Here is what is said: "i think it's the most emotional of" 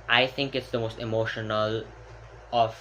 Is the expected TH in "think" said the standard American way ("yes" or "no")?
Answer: no